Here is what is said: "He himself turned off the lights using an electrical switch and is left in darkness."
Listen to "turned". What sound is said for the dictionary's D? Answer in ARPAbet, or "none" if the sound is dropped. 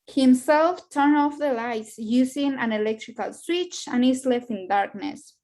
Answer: none